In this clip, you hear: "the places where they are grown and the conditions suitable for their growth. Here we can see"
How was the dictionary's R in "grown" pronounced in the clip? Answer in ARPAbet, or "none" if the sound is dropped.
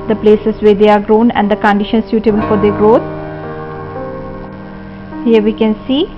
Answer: R